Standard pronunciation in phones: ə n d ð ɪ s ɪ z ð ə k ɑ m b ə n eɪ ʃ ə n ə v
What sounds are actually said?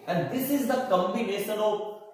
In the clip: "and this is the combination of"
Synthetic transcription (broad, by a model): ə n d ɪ s ɪ z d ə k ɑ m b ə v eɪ s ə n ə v